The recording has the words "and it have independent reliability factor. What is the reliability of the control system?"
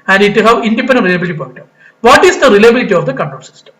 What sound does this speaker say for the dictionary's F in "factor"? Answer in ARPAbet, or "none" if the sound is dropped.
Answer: P